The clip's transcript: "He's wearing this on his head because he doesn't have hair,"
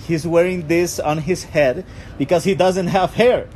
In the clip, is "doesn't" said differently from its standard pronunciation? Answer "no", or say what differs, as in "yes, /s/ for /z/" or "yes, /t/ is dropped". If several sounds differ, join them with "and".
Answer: no